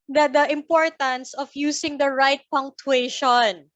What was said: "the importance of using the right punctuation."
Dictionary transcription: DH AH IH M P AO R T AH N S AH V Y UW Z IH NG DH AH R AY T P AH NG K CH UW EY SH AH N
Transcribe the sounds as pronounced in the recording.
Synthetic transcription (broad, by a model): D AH IH M P AO R T AH N S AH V Y UW S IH NG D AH R AY T P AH NG K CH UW EY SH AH N